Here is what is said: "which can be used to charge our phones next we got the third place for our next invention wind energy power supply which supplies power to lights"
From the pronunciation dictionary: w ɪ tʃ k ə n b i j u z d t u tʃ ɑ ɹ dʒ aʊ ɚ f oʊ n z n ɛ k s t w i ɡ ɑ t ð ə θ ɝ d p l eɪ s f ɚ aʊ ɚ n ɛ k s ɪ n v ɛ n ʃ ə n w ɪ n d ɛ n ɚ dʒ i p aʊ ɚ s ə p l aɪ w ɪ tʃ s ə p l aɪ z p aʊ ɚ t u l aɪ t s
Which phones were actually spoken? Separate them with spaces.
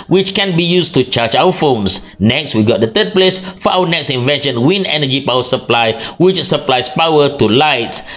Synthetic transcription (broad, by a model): w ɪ tʃ k ə n b i j u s t u tʃ ɑ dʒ aʊ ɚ f oʊ n s n ɛ k s t w i ɡ ɑ t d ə t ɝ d p l eɪ s f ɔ aʊ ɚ n ɛ k s ɪ n v ɛ n ʃ ə n w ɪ n ɛ n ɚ dʒ i p aʊ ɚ s ə p l aɪ w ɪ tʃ s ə p l aɪ s p aʊ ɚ t u l aɪ t s